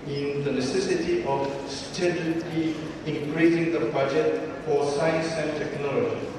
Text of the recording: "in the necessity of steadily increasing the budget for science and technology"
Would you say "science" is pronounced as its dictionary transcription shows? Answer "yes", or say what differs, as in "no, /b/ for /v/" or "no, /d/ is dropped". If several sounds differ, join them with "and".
yes